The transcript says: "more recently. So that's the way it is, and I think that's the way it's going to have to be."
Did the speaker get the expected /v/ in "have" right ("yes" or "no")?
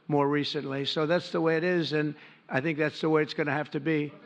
no